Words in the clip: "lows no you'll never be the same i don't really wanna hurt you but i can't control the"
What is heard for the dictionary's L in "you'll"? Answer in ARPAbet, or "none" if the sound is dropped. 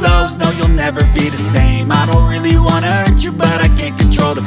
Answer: L